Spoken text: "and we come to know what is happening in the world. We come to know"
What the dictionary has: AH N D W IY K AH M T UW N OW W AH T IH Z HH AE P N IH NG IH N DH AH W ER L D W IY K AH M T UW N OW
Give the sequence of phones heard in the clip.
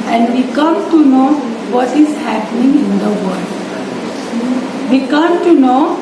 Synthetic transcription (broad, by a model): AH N D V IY K AH M T UW N OW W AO T IH Z HH AE P N IH NG IH N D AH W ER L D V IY K AH M T UW N OW